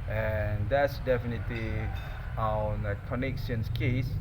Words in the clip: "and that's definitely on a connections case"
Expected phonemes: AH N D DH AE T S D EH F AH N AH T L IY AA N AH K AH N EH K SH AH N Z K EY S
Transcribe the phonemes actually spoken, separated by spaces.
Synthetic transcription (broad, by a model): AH N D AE T S D EH F AH N AH T L IY AA N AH K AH N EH K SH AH N S K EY S